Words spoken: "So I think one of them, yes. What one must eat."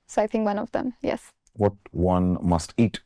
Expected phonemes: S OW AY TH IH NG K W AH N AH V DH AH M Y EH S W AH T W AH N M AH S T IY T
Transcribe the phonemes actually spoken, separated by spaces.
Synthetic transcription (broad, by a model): S OW AY TH IH NG K W AH N AH V DH AH M Y EH S W AH T W AH N M AH S T IY T